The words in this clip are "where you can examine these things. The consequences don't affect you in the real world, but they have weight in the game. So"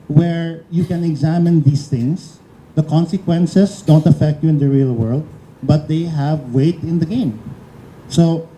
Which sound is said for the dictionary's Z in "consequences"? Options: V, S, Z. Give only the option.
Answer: S